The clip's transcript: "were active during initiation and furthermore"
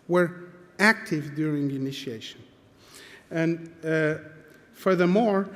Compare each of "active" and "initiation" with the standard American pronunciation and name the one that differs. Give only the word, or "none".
none